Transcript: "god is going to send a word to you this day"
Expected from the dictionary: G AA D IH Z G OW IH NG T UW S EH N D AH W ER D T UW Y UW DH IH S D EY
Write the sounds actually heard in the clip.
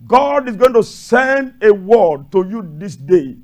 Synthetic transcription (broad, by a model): G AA D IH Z G OW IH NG T UW S EH N D AH W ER D T UW Y UW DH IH S D EY